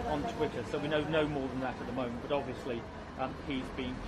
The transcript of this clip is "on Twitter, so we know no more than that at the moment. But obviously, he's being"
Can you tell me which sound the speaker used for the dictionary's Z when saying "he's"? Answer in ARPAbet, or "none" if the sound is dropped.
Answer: Z